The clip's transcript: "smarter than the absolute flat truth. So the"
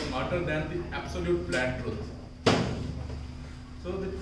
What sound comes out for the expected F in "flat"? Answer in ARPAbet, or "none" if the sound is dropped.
P